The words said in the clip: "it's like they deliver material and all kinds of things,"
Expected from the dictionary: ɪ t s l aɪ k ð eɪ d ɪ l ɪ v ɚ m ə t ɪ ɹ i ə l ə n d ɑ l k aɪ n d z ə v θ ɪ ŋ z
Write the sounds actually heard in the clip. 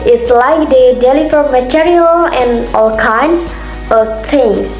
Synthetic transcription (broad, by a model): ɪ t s l aɪ k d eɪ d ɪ l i f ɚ m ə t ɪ ɹ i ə l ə n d ɑ l k aɪ n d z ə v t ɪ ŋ